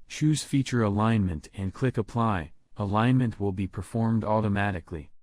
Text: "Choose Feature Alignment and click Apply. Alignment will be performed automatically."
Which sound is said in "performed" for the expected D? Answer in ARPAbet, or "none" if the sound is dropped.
D